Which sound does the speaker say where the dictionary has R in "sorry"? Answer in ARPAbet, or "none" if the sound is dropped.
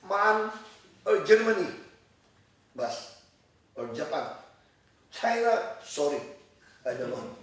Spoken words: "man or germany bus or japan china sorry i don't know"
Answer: R